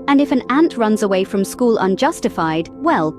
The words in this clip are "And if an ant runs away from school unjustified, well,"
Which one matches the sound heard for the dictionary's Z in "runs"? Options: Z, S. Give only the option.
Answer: Z